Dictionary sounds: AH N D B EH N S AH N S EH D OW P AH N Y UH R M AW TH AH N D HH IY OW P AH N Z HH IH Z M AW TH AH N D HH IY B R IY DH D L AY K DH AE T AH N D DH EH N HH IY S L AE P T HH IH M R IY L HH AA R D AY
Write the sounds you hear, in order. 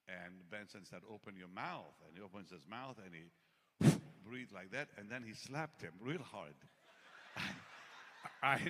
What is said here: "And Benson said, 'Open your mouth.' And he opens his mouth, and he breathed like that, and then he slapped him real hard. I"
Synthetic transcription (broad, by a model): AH N B EH N S AH N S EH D OW P AH N Y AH R M AW TH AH N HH IY OW P AH N Z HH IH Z M AW TH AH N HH IY B R IY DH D L AY K DH AE T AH N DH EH N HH IY S L AE P T HH IH M R IY L HH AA R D AY